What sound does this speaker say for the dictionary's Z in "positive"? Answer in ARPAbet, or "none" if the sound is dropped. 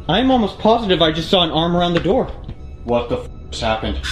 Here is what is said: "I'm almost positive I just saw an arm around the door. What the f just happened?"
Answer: Z